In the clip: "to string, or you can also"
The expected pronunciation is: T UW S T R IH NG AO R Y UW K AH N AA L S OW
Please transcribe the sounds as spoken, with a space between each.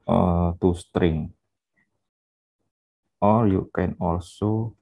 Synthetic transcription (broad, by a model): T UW S T R IH NG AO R Y UW K AH N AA L S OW